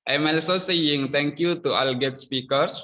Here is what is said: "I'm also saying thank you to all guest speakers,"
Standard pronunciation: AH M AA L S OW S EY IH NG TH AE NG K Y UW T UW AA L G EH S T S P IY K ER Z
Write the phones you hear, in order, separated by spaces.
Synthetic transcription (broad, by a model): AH M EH L S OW S EY IH NG T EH NG K Y UW T UW AA L G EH T S P IY K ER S